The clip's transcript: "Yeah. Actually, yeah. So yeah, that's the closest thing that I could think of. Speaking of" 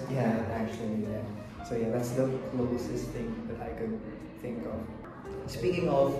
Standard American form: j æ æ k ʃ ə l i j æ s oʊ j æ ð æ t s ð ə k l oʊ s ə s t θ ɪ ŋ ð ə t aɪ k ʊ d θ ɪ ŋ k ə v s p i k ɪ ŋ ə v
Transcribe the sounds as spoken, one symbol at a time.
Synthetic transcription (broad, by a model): j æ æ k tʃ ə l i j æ s oʊ j æ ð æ t s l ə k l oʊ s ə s θ ɪ ŋ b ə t aɪ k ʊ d θ ɪ ŋ k ə v s p i k ɪ ŋ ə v